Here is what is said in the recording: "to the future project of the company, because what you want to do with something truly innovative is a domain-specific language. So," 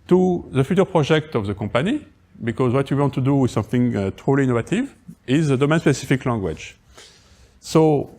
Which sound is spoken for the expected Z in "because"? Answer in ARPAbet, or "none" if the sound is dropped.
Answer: Z